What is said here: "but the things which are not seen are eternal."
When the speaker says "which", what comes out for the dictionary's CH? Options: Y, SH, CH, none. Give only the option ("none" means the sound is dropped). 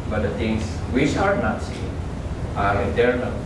SH